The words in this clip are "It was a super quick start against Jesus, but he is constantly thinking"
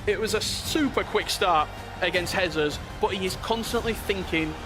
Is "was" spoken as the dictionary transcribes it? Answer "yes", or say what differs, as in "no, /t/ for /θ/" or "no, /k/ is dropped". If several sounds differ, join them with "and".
yes